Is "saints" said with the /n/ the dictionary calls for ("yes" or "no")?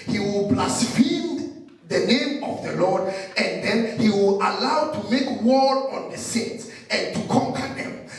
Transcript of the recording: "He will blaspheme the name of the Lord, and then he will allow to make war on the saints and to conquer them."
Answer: no